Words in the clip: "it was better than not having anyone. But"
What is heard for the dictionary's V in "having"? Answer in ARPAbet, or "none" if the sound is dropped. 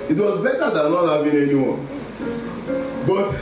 B